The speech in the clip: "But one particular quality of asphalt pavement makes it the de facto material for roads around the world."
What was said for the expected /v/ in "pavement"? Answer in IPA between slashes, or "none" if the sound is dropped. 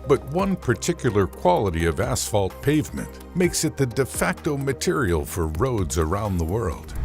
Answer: /v/